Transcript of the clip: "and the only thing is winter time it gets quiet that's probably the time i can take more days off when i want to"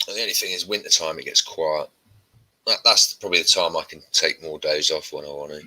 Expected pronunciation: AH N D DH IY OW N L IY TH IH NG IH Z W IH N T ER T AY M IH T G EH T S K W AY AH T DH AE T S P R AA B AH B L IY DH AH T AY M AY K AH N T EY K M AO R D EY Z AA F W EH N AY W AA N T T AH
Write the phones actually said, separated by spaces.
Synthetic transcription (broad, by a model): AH DH IY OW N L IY TH IH NG IH Z W IH N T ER T AY M IH T G EH T S K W AY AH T DH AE T S P R AA B AH B L IY DH AH T AY M AY K AH N T EY K M AO D EY Z AA F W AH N AY W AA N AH